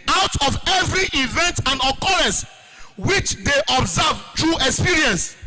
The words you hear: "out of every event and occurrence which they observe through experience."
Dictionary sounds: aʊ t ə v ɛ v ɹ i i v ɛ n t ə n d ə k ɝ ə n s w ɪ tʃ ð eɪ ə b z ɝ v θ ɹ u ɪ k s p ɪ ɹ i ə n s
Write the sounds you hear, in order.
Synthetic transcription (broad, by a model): aʊ t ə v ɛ v ɹ i i v ɛ n t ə n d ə k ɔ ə n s w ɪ tʃ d eɪ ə b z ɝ v t ɹ u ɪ k s p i ɹ i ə n s